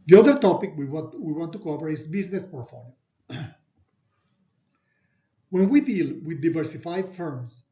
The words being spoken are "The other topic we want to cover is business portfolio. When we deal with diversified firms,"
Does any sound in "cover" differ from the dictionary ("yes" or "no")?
yes